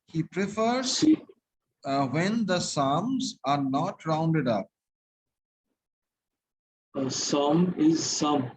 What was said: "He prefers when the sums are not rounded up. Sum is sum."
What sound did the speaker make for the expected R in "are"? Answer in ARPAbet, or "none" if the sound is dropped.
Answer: R